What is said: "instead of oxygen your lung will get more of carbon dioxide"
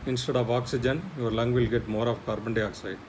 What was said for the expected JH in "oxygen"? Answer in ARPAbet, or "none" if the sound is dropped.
JH